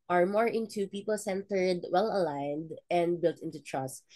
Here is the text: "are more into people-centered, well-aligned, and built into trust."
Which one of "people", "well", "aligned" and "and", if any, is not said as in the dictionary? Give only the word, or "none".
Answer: none